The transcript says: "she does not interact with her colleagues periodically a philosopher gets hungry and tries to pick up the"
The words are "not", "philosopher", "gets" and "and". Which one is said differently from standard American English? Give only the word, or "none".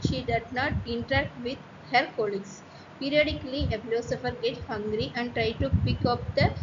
gets